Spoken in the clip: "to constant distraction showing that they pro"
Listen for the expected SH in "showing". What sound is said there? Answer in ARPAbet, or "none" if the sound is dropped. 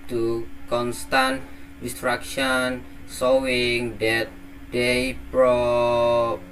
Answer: S